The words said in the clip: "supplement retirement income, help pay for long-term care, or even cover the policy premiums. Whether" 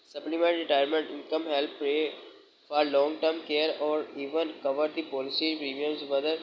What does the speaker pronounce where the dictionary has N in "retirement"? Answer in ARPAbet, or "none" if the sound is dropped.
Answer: N